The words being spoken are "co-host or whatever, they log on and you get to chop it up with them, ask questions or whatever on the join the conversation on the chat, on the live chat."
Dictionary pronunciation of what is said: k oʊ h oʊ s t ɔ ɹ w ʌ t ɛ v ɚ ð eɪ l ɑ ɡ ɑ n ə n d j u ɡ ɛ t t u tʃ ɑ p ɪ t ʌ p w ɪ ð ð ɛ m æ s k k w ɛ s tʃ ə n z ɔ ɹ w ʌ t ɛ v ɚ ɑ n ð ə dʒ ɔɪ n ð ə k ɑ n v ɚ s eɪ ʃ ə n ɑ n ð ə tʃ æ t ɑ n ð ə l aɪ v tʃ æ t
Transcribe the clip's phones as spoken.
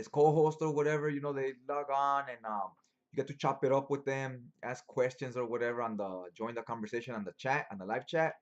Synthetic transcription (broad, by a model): k oʊ h oʊ s t ɔ ɹ w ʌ t ɛ v ɚ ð eɪ l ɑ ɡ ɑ n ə n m j u ɡ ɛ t t u tʃ ɑ p ɪ t ʌ p w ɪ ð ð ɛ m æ s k k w ɛ s tʃ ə n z ɔ ɹ w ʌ t ɛ v ɚ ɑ n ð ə dʒ ɔɪ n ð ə k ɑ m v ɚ s eɪ ʃ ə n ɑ n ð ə tʃ æ t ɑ n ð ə l aɪ v tʃ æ t